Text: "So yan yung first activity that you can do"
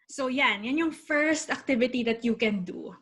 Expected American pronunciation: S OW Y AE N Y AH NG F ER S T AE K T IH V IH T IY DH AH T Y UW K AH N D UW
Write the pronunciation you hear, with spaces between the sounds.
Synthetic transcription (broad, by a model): S OW Y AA N Y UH NG F ER S T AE K T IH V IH T IY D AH T Y UW K AH N D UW